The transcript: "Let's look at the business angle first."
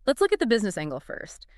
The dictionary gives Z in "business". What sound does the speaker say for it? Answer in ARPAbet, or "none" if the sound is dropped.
Z